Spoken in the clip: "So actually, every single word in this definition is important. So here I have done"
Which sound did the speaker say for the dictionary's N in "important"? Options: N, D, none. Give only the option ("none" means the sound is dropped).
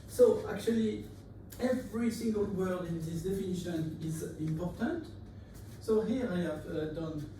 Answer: N